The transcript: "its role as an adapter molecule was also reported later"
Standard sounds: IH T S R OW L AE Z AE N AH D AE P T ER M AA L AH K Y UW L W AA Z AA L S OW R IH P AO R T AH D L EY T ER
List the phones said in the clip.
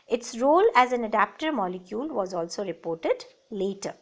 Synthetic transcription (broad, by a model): IH T S R OW L AE Z AE N AH D AE P T ER M AA L AH K Y UW L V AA Z AA L S OW R IH P AO R T AH D L EY T ER